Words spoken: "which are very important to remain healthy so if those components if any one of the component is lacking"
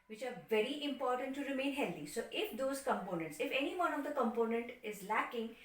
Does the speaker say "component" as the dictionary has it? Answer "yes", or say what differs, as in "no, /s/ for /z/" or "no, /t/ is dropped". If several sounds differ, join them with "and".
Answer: yes